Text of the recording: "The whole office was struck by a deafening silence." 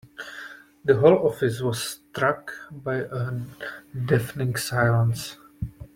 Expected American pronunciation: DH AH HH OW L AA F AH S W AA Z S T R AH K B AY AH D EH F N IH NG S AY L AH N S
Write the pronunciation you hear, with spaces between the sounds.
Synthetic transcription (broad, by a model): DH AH HH OW L AA F AH S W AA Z S T R AH K B AY AH D EH F N IH NG S AY L AH N S